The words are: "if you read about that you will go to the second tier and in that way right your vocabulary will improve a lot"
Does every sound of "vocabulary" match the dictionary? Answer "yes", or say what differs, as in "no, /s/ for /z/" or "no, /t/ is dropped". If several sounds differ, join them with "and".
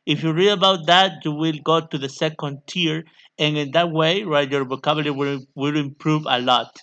no, /b/ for /v/ and /w/ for /l/